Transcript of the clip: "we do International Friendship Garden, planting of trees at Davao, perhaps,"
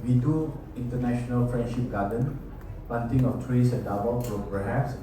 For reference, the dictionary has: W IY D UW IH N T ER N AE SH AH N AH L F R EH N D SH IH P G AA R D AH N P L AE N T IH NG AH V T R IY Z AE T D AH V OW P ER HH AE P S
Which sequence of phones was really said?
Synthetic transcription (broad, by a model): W IY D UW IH N T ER N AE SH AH N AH L F R EH N D SH IH P G AA D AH N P AA N T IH NG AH F T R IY S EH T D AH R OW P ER HH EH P S